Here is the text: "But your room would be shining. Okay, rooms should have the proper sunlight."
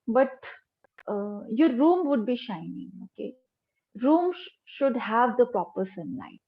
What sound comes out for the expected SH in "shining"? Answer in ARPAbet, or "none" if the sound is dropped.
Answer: SH